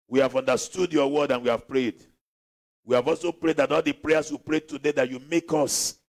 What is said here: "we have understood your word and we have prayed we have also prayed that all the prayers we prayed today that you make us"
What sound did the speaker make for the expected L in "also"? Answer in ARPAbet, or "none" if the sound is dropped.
L